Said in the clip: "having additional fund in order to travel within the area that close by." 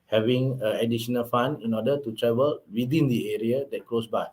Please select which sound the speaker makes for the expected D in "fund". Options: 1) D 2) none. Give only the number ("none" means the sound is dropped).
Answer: 2